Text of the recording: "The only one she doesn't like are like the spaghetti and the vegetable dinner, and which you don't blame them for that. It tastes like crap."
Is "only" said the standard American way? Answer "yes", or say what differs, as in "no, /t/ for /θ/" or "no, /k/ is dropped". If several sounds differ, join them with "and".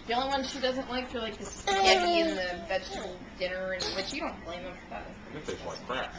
no, /l/ is dropped